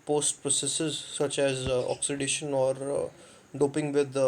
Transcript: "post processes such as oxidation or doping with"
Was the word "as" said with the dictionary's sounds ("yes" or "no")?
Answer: yes